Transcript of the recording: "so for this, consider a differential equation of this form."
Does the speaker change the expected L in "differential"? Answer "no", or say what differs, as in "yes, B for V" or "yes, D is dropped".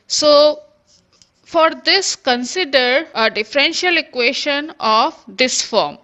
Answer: no